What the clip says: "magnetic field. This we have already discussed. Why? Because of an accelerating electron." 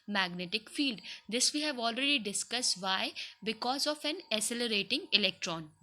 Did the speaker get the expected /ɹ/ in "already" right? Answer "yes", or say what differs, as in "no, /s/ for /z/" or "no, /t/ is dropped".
yes